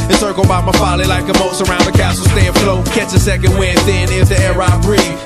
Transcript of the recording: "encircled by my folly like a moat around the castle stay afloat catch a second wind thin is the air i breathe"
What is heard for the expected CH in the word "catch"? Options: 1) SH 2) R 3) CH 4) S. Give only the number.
4